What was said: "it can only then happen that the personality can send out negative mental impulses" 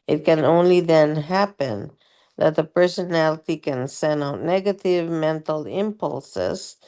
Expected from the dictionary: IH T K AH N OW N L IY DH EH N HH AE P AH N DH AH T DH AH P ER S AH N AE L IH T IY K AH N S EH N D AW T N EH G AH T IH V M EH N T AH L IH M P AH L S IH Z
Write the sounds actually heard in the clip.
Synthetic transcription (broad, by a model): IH T K AH N OW N L IY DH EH N HH AE P AH N DH AH T DH AH P ER S AH N AE L IH T IY K AH N S EH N AW T N EH G AH T IH V M EH N T L IH M P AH L S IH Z